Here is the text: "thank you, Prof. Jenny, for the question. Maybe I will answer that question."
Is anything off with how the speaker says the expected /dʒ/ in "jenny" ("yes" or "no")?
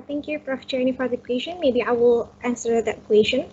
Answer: yes